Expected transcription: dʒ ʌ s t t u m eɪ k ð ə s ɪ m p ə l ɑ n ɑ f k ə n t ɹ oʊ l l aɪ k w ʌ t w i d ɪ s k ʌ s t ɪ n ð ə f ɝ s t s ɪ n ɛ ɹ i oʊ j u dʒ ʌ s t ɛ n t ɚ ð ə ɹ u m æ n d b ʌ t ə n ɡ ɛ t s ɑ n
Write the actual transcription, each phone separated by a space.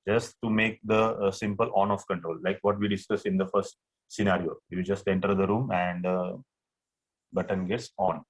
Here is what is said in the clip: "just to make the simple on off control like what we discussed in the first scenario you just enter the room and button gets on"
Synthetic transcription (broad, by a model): dʒ ʌ s t t u m eɪ k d ə s ɪ m p ə l ɑ n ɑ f k ə n t ɹ oʊ l l aɪ k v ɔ t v i d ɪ s k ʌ s ɪ n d ə f ɝ s t s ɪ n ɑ ɹ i oʊ j u dʒ ʌ s t ɛ n t ɚ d ə ɹ u m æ n d b ʌ t ə n ɡ ɛ t s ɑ n